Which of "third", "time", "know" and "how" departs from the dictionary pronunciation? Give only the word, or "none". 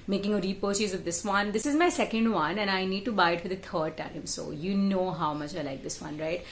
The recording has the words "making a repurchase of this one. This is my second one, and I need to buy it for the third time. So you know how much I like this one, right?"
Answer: third